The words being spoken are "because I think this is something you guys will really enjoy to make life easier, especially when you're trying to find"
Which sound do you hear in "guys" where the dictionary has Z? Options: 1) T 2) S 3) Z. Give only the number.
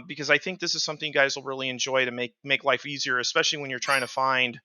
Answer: 3